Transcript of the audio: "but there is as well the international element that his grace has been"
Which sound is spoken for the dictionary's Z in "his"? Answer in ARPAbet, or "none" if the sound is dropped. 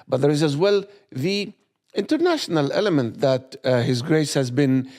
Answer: Z